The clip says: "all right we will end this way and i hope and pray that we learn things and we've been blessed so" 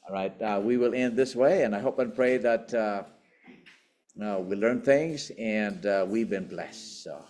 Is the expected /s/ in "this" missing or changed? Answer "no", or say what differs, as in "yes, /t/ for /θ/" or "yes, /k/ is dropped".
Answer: no